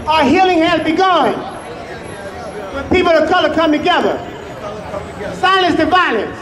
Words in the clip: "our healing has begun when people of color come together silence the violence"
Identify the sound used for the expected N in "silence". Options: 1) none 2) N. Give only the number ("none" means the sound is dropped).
1